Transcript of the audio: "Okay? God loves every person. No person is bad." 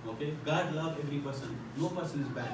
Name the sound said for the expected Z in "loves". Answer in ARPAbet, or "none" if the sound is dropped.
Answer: none